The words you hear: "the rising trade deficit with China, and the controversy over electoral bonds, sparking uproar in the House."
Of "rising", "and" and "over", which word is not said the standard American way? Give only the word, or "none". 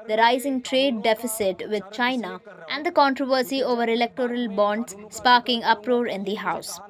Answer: none